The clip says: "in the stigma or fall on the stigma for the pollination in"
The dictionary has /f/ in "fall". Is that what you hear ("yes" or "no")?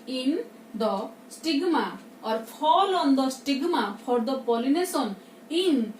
no